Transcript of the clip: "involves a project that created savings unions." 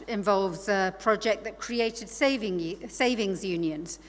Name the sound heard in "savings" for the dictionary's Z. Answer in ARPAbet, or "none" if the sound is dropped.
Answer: Z